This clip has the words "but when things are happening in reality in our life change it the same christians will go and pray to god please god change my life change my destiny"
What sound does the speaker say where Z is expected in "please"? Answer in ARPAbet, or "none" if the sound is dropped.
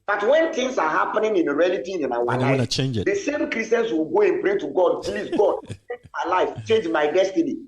S